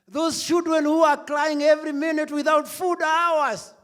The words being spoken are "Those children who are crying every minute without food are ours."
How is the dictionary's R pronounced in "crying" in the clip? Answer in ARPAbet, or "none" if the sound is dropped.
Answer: L